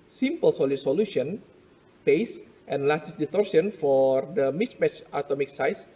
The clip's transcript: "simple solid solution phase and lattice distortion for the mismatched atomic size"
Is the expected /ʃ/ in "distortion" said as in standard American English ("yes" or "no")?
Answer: no